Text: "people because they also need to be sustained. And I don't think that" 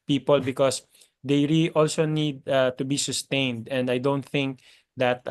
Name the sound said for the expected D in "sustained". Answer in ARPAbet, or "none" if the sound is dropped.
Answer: D